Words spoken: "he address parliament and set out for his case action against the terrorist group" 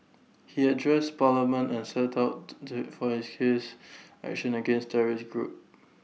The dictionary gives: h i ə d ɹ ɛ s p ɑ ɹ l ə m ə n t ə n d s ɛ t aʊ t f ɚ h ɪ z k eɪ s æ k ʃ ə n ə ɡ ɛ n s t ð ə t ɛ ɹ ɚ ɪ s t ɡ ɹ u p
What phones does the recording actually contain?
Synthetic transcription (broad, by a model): h i ə d ɹ ɛ s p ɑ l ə m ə n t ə n s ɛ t aʊ t f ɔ h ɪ s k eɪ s æ k ʃ ə n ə ɡ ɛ n s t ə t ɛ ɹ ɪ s ɡ ɹ u p